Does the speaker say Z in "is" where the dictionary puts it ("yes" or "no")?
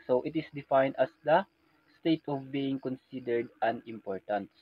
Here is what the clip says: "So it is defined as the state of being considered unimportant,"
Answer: no